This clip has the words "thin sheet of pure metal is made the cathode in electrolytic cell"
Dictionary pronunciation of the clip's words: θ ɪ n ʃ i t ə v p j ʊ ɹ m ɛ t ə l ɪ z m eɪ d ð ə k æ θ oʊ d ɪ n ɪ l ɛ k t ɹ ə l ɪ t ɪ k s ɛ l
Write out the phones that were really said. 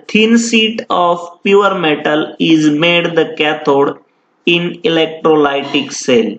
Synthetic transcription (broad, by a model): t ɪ n s i t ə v p j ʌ ɹ m ɛ t ə l ɪ z m eɪ d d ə k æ t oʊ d ɪ n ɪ l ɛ k t ɹ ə l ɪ t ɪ k s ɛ l